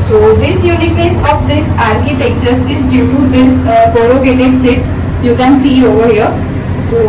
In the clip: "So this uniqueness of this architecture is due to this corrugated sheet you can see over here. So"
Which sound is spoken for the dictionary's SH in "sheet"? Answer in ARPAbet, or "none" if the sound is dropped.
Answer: S